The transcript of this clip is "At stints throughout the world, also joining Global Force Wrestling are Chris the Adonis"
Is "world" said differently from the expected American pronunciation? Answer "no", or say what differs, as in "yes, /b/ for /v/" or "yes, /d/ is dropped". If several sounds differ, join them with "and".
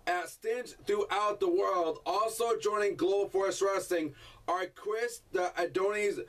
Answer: no